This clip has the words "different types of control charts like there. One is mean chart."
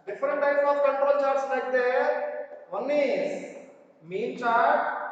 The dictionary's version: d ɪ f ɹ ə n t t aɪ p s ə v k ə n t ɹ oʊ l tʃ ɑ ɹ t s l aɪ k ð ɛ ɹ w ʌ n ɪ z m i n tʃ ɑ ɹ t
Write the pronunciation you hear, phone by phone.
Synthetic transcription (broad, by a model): d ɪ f ɹ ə n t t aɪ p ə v k ə n t ɹ oʊ l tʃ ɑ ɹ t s n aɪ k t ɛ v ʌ n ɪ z m i n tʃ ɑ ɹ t